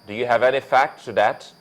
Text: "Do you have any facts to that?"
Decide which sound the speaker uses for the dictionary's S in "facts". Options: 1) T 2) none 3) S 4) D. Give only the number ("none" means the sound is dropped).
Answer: 2